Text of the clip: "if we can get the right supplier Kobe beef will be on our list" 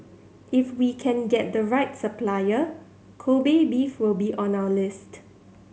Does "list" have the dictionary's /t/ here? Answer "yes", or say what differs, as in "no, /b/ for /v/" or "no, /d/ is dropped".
yes